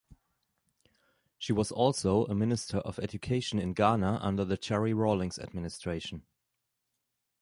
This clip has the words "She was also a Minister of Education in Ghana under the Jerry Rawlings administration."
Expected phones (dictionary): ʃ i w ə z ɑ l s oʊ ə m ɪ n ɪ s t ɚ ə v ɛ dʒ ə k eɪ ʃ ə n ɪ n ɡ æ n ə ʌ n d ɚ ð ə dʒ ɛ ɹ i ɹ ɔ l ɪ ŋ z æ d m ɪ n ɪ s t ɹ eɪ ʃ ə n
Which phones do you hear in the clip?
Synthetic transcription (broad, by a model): ʃ i w ə z ɑ l s oʊ ə m ɪ n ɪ s t ɚ ə v ɛ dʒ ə k eɪ ʃ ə n ɪ n ɡ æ n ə ʌ n d ɚ ð ə tʃ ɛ ɹ i ɹ ɔ l ɪ ŋ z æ d m ɪ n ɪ s t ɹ eɪ ʃ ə n